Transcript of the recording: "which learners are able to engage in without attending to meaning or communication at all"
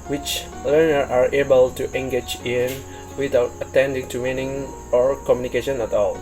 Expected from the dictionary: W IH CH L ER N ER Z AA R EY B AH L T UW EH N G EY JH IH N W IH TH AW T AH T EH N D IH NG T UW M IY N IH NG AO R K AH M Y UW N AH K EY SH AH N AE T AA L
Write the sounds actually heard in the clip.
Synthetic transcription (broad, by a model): W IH CH L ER N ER AA R EY B AH L T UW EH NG G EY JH IH N W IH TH AW T AH T EH N D IH NG T UW M IY N IH NG AO R K AH M Y UW N AH K EY SH AH N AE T AA L